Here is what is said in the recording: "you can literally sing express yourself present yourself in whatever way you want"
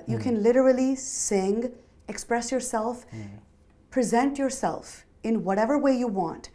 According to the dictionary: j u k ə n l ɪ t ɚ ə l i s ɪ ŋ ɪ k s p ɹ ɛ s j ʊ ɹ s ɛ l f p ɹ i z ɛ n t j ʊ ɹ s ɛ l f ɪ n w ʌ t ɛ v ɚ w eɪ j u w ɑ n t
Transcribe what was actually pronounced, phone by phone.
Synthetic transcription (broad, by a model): j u k ə n l ɪ t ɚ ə l i s ɪ ŋ ɪ k s p ɹ ɛ s j ʊ ɹ s ɛ l f p ɹ i z ɛ n t j ʊ ɹ s ɛ l f ɪ n w ʌ t ɛ v ɚ w eɪ j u w ɑ n t